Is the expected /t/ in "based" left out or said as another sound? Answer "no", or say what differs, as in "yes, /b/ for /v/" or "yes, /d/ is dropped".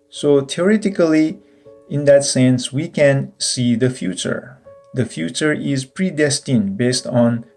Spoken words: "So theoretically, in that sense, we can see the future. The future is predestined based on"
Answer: no